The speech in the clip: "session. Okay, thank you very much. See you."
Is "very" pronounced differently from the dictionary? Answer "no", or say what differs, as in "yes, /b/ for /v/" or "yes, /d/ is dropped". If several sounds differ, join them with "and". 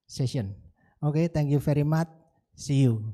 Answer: yes, /f/ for /v/